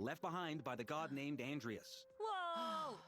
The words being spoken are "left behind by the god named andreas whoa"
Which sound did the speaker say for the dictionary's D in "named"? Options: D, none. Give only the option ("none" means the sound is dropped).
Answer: D